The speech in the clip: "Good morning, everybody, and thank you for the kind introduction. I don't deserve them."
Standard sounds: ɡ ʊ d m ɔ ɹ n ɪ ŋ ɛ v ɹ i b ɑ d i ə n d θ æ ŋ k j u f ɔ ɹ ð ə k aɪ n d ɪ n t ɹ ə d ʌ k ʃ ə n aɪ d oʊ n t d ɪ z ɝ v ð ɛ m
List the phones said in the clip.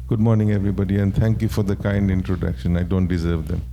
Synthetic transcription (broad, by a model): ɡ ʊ d m ɔ ɹ n ɪ ŋ ɛ v ɹ i b ɑ d i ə n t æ ŋ k j u f ɔ ɹ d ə k aɪ n d ɪ n t ɹ ə d ʌ k ʃ ə n aɪ d oʊ n t d ɪ z ɝ v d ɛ m